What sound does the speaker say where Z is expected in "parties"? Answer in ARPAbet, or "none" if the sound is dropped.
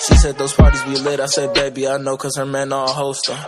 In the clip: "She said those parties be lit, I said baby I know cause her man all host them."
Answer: Z